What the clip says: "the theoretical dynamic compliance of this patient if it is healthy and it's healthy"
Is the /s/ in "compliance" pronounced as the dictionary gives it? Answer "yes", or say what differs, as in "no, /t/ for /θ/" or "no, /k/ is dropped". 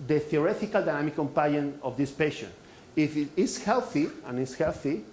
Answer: no, /s/ is dropped